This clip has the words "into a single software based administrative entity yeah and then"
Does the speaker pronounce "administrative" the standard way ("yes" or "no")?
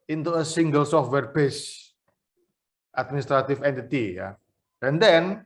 no